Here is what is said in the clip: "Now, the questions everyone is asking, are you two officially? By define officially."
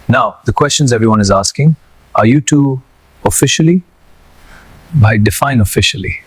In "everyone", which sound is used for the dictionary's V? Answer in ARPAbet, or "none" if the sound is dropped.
V